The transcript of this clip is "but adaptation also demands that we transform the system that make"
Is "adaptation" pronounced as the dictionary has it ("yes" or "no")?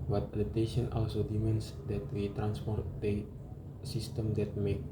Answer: no